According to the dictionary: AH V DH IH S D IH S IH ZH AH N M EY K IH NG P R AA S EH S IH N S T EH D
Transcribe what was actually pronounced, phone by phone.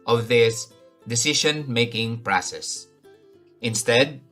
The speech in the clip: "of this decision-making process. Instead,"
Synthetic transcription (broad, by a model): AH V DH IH S D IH S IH SH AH N M EY K IH NG P R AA S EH S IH N S T EH D